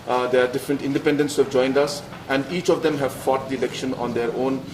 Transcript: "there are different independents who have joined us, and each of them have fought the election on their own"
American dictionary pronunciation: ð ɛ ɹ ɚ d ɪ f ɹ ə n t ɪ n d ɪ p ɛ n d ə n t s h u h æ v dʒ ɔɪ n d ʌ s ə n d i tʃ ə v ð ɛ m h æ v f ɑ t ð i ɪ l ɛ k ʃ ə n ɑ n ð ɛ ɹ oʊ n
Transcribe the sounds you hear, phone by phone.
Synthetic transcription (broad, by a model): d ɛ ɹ d ɪ f ɹ ə n t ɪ n d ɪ p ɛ n d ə n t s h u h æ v dʒ ɔɪ n d ʌ s ə n d i tʃ ə v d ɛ m h æ v f ɑ t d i ɪ l ɛ k ʃ ə n ɑ n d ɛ ɹ oʊ n